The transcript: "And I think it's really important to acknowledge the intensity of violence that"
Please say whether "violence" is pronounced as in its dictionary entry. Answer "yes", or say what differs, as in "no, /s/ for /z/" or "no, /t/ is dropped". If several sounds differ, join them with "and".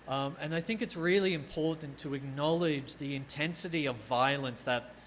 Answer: yes